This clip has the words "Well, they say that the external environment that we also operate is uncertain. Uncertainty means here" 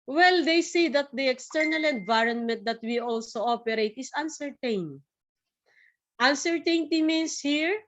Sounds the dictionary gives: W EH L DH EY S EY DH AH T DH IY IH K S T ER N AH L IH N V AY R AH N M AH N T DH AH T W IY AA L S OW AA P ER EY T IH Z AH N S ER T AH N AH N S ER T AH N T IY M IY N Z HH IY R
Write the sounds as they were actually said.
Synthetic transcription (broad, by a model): W EH L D EY S EY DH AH T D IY IH K S T ER N AH L IH N V AY R AH N M AH N T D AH T W IY AA L S OW AA P ER EY T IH S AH N S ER T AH N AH N S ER T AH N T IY M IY N S HH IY R